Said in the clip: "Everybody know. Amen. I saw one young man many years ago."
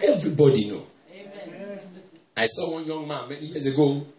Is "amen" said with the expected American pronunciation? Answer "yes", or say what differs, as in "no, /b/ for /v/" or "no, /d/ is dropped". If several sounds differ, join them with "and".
no, /m/ is dropped